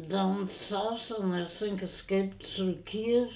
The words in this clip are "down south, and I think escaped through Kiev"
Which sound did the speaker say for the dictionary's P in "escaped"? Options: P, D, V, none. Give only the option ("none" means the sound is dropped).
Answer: P